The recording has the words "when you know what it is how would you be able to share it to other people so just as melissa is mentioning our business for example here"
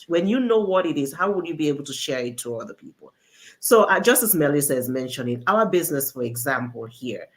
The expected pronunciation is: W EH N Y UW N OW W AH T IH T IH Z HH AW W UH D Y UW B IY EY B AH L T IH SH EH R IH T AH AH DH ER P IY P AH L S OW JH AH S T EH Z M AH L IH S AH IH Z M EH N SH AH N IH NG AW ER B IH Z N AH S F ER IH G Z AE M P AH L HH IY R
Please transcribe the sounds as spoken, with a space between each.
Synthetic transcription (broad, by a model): W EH N Y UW N OW W AH T IH T IH Z HH AW W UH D Y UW B IY EY B L T IH SH EH R IH T AH AH DH ER P IY P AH L S OW JH AH S T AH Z M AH L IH S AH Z M EH N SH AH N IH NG AW ER B IH Z N AH S F ER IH G Z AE M P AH L HH IY R